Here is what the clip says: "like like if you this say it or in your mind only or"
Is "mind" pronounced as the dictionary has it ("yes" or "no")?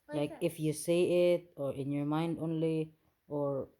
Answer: yes